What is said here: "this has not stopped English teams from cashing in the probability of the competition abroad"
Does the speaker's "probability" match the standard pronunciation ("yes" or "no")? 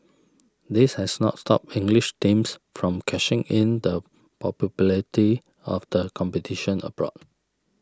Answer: no